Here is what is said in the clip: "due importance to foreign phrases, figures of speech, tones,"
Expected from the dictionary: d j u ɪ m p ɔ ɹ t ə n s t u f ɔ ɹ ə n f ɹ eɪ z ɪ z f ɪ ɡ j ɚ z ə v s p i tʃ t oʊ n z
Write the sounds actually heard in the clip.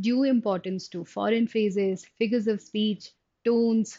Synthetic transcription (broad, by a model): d j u ɪ m p ɔ ɹ t ə n s t u f ɔ ɹ ə n f eɪ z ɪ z f ɪ ɡ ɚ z ə v s p i tʃ t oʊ n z